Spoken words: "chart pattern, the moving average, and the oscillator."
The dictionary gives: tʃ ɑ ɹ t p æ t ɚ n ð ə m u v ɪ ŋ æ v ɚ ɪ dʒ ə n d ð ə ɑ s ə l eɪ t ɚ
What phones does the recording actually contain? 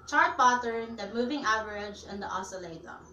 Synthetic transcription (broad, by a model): tʃ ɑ ɹ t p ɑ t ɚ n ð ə m u v ɪ ŋ æ v ɚ ɪ dʒ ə n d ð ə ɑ s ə l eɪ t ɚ